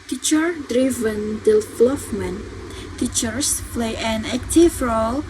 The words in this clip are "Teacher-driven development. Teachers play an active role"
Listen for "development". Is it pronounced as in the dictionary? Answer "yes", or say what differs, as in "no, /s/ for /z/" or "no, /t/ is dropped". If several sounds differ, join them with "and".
no, /f/ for /p/